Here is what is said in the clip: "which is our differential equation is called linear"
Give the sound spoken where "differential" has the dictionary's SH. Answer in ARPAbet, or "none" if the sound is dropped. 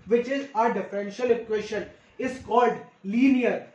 SH